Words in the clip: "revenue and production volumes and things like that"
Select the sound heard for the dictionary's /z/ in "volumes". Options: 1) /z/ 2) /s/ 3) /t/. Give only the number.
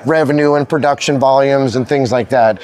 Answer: 1